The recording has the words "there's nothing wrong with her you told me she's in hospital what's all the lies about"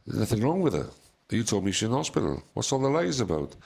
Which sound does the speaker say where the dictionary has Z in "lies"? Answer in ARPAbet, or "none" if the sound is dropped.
Z